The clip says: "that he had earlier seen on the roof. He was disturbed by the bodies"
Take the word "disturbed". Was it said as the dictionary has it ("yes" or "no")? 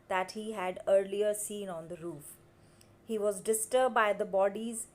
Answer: no